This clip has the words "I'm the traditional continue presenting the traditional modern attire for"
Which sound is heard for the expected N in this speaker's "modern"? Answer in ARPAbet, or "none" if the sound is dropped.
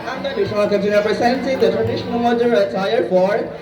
none